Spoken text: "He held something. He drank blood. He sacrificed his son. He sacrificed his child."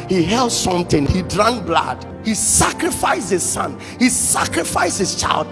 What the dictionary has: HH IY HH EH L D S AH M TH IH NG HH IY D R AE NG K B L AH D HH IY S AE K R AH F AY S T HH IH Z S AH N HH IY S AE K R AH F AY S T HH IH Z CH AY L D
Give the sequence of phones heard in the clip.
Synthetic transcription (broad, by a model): HH IY HH EH L D S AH M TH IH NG HH IY D R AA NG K B L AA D HH IY S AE K R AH F AY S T HH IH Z S AH N HH IY S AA K R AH F AY S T HH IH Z CH AY L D